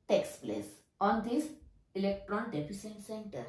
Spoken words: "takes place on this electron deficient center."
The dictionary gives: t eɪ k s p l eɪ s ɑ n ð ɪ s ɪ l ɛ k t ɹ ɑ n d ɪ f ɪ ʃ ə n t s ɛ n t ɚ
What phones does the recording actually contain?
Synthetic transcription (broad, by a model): t eɪ k s p l eɪ s ɑ n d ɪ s ɪ l ɛ k t ɹ ɑ n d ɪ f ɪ s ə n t s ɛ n t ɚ